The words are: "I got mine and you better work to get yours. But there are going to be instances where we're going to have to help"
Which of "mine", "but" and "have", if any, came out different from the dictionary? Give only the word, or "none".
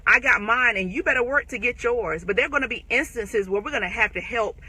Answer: have